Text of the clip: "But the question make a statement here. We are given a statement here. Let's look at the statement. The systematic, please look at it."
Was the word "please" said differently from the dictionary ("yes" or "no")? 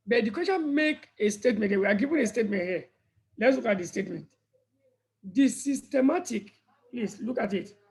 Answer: yes